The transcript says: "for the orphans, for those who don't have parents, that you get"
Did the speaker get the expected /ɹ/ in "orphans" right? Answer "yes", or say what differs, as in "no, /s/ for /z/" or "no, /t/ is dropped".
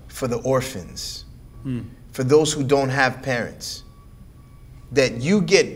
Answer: yes